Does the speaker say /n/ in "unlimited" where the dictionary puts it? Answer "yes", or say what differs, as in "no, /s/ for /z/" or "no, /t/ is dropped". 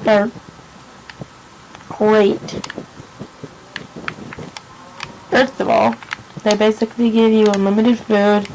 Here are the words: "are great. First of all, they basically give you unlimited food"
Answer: no, /n/ is dropped